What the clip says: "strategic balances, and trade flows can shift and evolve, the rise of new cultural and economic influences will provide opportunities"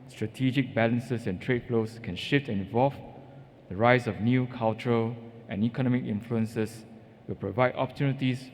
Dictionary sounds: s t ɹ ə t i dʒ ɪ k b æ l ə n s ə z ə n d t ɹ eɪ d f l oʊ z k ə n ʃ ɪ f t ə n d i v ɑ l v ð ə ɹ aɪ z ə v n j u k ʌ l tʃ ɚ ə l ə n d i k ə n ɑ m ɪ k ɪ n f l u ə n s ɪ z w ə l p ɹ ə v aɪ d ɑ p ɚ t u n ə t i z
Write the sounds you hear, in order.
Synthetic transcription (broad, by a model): s t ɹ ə t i dʒ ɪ k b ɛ l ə n s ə s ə n t ɹ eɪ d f l oʊ s k ə n ʃ ɪ f t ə n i v ɑ l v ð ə ɹ aɪ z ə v n j u k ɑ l tʃ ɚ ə l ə n i k ə n ɑ m ɪ k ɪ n f l u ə n s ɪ s w ə l p ɹ ə v aɪ d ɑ p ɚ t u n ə t i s